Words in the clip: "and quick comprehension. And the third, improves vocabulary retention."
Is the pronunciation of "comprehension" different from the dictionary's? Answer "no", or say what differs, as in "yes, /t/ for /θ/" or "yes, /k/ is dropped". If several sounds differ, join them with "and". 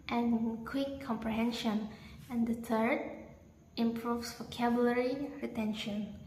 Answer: no